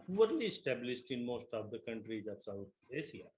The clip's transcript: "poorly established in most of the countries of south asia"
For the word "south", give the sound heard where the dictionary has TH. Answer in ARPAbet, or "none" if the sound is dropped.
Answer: T